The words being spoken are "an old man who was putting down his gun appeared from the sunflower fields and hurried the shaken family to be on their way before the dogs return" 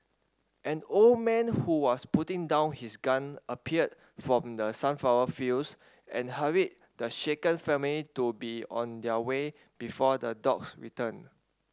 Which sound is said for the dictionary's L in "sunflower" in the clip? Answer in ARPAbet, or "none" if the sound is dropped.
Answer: none